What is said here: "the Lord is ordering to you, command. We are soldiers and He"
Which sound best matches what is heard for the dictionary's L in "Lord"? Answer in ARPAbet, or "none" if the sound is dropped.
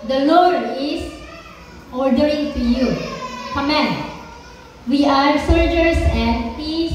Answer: L